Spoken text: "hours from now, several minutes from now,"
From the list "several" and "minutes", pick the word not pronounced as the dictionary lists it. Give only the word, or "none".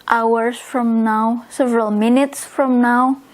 none